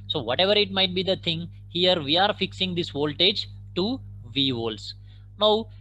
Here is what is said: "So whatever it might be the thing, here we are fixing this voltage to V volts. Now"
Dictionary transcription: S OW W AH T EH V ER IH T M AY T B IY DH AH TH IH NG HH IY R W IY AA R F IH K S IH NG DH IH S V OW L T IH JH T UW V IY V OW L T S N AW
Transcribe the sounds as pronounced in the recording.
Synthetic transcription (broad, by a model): S OW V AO T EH V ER IH T M AY T B IY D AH T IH NG HH IY R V IY AA R F IH K S IH NG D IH S V OW L T IH JH T UW V IY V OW L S N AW